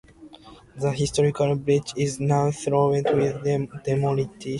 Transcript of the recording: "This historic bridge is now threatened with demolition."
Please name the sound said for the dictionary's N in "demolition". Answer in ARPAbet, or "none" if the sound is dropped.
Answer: none